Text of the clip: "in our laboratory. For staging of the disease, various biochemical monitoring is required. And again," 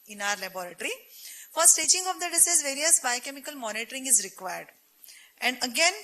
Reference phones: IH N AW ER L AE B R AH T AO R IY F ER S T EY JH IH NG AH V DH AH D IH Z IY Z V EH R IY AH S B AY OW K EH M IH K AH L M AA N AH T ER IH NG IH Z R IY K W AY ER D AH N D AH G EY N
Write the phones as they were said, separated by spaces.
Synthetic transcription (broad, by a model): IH N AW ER L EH B R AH T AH R IY F ER S T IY CH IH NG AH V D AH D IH S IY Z V EH R IY AH S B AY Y K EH M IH K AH L M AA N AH T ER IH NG IH Z R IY K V AY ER D AH N D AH G EY N